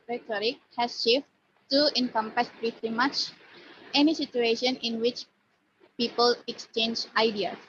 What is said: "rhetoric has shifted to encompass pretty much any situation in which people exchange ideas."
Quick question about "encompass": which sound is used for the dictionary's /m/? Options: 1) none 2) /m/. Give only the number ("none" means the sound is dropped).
2